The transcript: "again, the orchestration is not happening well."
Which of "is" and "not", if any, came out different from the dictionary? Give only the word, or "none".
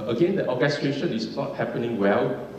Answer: is